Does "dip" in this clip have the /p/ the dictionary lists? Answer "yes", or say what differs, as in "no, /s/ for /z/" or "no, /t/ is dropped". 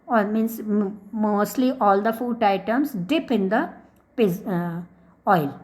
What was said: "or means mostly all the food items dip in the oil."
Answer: yes